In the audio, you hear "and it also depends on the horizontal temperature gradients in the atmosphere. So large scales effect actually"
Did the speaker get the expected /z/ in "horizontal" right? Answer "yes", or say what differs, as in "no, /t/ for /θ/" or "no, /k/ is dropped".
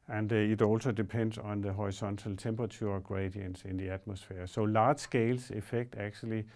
no, /s/ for /z/